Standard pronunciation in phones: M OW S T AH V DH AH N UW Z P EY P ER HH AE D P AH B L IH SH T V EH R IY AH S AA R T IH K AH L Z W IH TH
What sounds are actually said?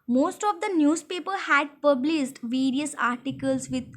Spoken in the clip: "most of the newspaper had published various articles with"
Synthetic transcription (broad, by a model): M OW S T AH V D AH N UW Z P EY P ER HH AE D P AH B L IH S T V EH R IY AH S AA R T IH K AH L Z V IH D